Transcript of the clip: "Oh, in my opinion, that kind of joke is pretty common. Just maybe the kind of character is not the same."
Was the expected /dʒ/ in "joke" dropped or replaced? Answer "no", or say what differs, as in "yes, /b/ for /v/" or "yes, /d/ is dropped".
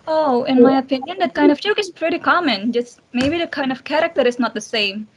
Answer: yes, /tʃ/ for /dʒ/